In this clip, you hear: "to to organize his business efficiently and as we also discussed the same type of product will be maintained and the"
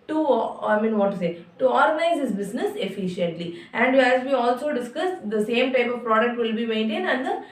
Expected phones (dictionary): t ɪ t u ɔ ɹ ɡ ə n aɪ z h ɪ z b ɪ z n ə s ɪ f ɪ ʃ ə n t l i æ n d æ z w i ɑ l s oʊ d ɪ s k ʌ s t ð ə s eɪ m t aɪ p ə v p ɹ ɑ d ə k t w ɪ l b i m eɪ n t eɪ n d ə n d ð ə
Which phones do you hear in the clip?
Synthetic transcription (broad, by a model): t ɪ t u ɔ ɹ ɡ ə n aɪ z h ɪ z b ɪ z n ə s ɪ f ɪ ʃ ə n t l i æ n d æ z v i ɑ l s oʊ d ɪ s k ʌ s t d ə s eɪ m t aɪ p ə v p ɹ ɑ d ə k t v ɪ l b i m eɪ n t eɪ n d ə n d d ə